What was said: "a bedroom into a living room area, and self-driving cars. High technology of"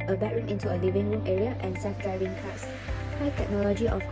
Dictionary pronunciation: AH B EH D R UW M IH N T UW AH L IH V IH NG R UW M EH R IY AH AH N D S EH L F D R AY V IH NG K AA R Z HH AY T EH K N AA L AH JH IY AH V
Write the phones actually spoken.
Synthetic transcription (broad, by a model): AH B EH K R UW M IH N T UW AH L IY V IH NG R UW M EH R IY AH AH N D S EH F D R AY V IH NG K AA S HH AY T EH K N AA L AH JH IY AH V